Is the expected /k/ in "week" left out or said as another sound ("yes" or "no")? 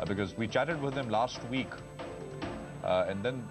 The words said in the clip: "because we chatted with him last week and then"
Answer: no